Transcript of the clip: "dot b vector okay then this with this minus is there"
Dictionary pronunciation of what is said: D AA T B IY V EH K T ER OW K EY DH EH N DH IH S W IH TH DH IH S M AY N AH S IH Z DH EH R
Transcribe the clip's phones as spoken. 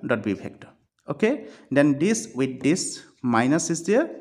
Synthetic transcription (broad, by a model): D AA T B IY P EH K T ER OW K EY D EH N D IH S W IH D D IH S M AY N AH S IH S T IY